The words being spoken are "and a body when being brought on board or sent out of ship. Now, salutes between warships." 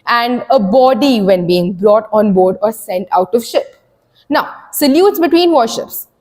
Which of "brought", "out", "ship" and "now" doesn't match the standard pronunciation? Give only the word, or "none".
none